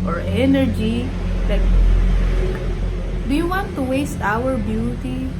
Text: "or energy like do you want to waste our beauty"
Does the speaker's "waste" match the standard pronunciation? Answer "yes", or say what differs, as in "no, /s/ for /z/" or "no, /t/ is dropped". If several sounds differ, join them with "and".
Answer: yes